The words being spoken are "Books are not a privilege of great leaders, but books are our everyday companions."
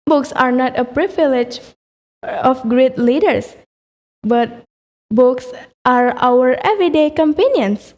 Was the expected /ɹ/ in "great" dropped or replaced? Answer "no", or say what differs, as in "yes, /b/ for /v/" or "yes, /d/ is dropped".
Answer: no